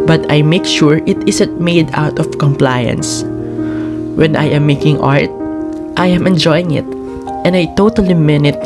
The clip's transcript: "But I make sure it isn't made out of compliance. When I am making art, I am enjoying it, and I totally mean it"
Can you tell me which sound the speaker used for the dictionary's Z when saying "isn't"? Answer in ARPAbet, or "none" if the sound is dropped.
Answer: S